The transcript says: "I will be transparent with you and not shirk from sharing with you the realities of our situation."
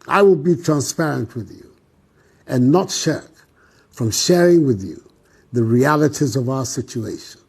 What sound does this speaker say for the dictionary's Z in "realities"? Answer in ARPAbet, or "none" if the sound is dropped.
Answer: Z